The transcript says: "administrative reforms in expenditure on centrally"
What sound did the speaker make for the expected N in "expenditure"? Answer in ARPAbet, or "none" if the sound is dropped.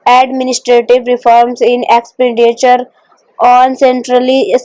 N